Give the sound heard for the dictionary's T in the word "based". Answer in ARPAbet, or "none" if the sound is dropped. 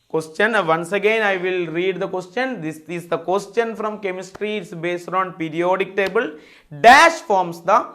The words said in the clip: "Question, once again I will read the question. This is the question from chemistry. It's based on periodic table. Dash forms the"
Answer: T